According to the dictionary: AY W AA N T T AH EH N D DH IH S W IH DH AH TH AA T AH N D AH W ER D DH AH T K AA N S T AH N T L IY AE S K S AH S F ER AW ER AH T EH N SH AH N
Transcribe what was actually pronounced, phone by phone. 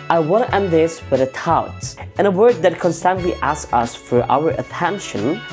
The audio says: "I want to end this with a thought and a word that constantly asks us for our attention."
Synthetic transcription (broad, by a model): AY W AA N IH T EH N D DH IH S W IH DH AH T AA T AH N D AH W ER D DH AH T K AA N S T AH N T L IY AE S S AH S F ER AW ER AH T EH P SH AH N